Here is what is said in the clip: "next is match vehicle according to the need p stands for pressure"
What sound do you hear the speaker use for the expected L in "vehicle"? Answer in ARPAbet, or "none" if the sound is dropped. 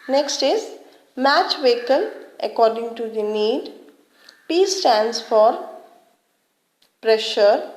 N